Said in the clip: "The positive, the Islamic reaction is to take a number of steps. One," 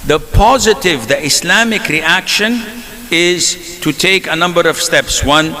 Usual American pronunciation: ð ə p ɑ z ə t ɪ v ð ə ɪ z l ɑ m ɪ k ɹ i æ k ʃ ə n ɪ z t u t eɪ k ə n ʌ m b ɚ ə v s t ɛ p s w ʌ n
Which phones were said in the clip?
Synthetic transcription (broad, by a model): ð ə p ɑ z ə t ɪ v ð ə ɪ s l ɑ m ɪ k ɹ i æ k ʃ ə n ɪ z t u t eɪ k ə n ʌ m b ɚ ə v s t ɛ p s w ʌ n